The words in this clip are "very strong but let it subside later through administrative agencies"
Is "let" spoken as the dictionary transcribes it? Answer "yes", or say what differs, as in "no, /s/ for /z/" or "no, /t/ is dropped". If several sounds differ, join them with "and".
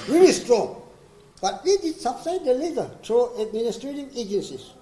no, /w/ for /l/